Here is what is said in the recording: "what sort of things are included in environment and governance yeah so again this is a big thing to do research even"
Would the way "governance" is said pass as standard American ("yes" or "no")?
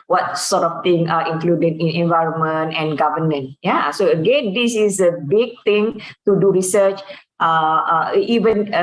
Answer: no